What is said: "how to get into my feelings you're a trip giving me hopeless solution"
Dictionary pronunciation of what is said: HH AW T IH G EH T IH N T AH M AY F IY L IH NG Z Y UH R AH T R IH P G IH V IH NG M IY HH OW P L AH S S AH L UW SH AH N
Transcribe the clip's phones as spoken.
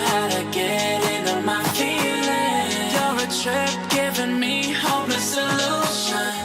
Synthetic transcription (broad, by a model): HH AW T IH G EH T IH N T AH M AY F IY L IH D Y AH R AH T R IH P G IH V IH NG M IY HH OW L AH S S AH L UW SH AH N